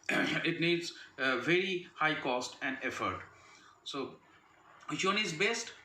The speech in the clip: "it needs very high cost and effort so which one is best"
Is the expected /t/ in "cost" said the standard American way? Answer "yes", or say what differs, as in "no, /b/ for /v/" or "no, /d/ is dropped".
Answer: yes